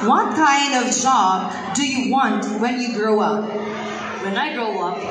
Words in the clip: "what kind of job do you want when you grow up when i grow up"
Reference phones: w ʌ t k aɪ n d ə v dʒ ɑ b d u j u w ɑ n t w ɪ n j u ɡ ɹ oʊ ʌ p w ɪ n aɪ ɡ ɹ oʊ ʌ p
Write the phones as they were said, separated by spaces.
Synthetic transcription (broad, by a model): w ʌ t k aɪ n d ə v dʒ ɑ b d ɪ j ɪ w ɑ n t w ɪ n j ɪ ɡ ɹ oʊ ʌ p w ɪ n aɪ ɡ ɹ oʊ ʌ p